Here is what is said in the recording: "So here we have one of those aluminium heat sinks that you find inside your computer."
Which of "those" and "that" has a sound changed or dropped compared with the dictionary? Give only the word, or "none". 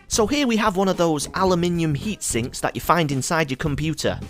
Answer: none